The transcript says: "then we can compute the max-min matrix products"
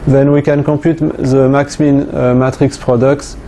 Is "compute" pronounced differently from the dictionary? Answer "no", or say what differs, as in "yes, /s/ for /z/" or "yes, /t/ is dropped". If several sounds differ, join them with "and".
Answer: yes, /m/ is dropped